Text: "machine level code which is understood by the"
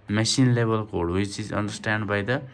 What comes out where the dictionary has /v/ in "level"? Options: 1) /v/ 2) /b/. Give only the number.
2